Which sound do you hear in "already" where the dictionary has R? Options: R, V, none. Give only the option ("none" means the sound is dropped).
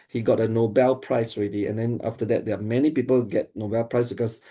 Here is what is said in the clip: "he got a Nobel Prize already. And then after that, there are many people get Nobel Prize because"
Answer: R